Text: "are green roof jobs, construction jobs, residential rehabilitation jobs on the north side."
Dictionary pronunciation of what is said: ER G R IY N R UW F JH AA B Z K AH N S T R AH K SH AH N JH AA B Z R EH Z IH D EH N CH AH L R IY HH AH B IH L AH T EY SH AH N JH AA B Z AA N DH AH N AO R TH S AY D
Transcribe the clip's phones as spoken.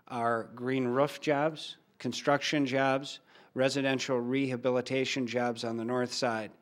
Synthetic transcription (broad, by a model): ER G R IY N R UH F JH AA B Z K AH N S T R AH K SH AH N JH AA B Z R EH Z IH D EH N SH L R IY HH AH B IH L AH T EY SH AH N JH AA B Z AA N DH AH N AO R TH S AY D